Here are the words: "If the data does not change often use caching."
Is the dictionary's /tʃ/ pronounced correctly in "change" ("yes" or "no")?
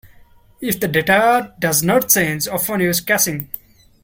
no